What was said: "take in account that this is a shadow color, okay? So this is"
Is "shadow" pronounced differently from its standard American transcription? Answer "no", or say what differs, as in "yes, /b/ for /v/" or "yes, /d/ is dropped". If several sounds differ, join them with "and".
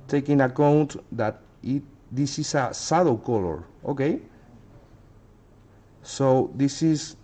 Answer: yes, /s/ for /ʃ/